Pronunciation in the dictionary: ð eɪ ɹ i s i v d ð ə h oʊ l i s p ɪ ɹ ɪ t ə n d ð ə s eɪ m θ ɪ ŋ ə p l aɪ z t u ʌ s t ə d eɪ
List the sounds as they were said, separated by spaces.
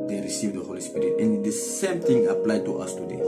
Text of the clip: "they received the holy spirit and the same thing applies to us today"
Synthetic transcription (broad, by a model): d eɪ ɹ i s i v d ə h oʊ l i s p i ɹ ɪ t ə n d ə s eɪ m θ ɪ ŋ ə p l aɪ t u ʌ s t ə d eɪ